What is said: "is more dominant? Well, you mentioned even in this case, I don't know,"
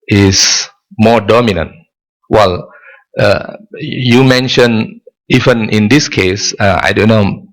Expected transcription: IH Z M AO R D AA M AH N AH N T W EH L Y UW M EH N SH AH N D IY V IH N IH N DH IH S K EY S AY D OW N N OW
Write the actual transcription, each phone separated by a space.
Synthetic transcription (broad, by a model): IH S M AO D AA M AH N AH N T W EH L Y UW M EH N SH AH N IY V IH N IH N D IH S K EY S AY D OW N N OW